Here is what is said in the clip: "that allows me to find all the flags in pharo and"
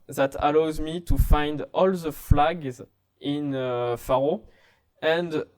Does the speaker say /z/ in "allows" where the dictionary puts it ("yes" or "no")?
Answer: yes